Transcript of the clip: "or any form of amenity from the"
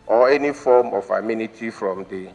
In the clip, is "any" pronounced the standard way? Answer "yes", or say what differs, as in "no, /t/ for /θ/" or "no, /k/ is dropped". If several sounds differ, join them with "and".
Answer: yes